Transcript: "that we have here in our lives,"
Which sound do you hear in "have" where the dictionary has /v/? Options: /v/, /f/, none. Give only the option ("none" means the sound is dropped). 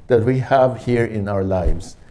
/v/